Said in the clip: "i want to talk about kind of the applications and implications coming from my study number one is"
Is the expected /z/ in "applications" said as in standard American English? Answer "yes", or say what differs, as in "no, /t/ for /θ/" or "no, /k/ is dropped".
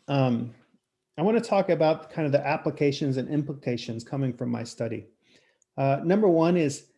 yes